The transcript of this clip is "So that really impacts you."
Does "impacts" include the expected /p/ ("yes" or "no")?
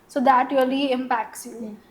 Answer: yes